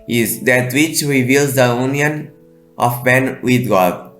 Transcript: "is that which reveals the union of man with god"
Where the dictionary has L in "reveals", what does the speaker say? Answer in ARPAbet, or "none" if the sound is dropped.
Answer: L